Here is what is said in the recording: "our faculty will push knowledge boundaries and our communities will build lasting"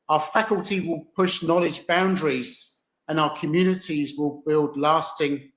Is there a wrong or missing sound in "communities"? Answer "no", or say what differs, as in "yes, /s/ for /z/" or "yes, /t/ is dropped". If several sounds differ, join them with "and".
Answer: no